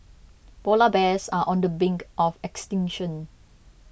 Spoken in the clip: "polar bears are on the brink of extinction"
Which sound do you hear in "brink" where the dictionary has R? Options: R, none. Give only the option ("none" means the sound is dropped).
none